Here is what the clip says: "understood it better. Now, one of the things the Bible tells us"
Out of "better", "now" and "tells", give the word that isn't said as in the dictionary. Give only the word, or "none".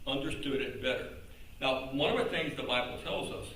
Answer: none